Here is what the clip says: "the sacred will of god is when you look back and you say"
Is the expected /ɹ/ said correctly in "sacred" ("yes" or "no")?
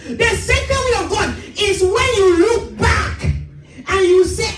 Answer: no